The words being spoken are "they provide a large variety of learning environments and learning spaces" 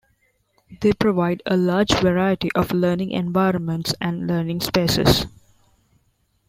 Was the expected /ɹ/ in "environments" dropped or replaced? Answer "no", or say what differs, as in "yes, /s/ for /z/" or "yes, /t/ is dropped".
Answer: no